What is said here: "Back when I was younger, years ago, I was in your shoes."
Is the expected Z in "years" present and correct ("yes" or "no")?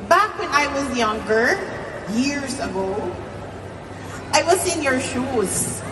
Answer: yes